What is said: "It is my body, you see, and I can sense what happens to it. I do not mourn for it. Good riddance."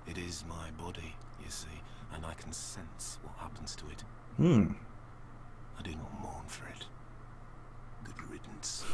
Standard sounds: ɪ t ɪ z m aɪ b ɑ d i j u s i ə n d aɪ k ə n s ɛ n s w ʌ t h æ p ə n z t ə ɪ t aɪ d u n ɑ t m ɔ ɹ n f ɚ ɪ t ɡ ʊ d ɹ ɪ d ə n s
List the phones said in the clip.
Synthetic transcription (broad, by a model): ɪ t ɪ z m aɪ b ɑ d i j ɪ s i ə n aɪ k n s ɛ n s w ʌ t h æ p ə n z t ə ɪ t aɪ d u n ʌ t m ɔ ɹ n f ɚ ɪ t ɡ ʊ d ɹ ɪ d n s